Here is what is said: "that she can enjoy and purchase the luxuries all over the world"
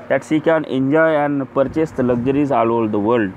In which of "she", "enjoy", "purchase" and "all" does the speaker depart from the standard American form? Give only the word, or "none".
she